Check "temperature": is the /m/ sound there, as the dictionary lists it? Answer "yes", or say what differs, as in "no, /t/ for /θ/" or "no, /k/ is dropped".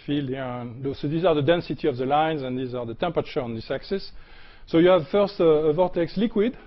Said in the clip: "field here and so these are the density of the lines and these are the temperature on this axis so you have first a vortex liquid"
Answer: yes